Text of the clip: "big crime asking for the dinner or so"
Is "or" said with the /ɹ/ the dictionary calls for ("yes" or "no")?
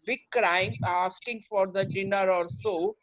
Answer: no